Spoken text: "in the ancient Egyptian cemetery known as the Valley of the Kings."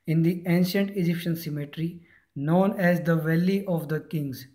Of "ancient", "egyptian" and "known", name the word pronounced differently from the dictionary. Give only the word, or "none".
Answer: none